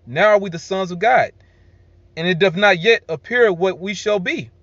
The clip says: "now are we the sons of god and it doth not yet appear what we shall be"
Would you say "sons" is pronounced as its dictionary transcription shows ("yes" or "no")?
yes